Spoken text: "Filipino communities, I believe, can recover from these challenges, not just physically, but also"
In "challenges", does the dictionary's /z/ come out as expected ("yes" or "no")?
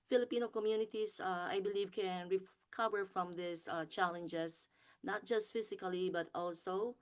no